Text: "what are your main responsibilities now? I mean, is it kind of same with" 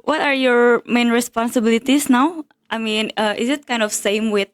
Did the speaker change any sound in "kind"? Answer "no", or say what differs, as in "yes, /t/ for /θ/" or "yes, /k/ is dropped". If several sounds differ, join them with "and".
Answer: no